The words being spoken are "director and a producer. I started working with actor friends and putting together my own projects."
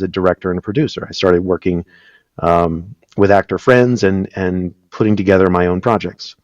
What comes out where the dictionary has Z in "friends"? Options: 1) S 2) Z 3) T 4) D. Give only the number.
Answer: 2